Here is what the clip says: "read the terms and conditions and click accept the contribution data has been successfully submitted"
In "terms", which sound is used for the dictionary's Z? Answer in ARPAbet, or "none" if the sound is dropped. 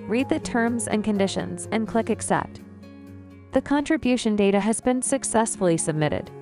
Z